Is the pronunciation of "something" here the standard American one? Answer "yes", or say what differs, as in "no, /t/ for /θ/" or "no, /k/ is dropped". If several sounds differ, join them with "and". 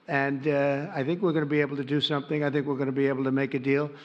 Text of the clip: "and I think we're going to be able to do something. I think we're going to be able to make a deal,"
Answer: yes